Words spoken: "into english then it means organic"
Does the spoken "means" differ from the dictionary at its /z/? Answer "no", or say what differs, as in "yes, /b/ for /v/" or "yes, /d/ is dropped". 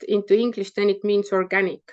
yes, /s/ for /z/